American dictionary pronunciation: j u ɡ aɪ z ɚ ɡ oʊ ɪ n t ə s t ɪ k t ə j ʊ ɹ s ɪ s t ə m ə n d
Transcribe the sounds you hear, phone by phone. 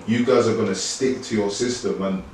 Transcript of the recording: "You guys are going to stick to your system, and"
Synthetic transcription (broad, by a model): j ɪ ɡ aɪ z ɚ ɡ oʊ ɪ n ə s t ɪ k t ə j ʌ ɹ s ɪ s t ə m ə n